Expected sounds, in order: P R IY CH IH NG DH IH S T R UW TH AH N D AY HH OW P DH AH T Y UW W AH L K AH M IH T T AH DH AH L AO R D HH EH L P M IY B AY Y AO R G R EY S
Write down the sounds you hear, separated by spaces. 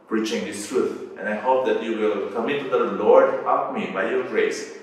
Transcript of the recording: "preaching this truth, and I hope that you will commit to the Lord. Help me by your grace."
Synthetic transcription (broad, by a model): P R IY CH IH NG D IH S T R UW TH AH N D AY HH OW P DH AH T Y UW W AH L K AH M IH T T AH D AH L AO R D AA P M IY B AY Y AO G R EY S